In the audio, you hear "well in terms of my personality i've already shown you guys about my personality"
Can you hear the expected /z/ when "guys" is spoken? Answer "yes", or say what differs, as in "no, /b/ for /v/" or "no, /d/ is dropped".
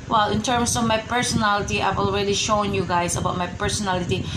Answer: no, /s/ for /z/